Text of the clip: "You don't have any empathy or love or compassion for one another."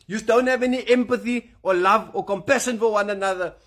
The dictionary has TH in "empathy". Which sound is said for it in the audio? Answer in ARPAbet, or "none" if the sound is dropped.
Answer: TH